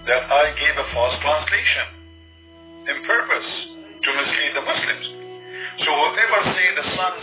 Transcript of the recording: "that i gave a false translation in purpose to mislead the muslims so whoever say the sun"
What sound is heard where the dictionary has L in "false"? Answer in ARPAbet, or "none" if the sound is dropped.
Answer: none